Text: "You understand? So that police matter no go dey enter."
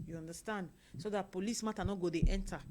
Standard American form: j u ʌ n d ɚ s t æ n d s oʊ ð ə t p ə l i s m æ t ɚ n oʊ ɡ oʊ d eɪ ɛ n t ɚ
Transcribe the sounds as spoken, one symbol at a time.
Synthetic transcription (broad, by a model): j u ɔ n d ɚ s t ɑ n d s oʊ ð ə t p ə l i s m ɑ t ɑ n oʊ ɡ oʊ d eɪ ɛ n t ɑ